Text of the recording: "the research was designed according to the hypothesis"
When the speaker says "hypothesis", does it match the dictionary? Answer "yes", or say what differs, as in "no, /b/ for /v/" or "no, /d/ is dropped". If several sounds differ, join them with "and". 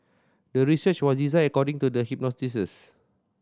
no, /t/ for /θ/